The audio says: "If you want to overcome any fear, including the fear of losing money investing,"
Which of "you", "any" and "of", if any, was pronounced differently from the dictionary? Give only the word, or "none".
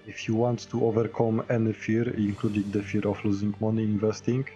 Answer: of